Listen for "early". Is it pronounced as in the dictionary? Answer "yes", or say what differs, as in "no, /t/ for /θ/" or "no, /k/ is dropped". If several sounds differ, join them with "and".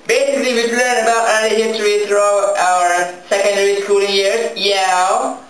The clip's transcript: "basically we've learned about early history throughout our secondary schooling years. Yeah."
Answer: no, /n/ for /l/